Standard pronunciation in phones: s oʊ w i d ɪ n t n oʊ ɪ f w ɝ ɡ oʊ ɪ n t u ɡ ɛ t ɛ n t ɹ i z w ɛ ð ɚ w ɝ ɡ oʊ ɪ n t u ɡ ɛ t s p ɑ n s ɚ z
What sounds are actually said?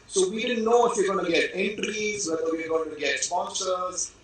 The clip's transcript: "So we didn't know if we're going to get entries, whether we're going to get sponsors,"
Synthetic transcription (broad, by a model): s oʊ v i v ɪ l n oʊ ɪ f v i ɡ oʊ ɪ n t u ɡ ɛ t ɛ n t ɹ i z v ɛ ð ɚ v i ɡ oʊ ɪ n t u ɡ ɛ t s p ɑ n s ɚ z